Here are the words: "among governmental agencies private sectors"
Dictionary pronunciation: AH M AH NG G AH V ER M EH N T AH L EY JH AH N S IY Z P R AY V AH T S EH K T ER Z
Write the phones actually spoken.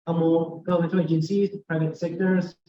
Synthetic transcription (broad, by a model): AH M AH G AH UH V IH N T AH EY JH AH N S IY Z P R AY V AH T S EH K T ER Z